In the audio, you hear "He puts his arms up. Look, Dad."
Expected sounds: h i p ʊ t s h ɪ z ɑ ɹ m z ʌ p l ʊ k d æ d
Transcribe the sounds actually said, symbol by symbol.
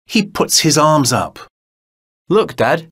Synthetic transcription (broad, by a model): h i p ʊ t s h ɪ z ɑ ɹ m z ʌ p l ʊ k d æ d